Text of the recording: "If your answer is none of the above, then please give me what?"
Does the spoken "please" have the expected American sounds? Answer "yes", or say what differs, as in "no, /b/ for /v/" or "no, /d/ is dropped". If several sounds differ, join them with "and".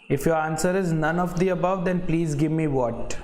yes